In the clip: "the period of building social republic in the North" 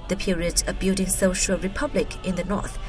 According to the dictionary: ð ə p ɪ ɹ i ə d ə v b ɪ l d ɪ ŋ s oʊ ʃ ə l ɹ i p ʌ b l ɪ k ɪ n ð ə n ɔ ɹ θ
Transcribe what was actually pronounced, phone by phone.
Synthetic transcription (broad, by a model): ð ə p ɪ ɹ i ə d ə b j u d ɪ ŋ s oʊ ʃ ə l ɹ i p ʌ b l ɪ k ɪ n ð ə n ɔ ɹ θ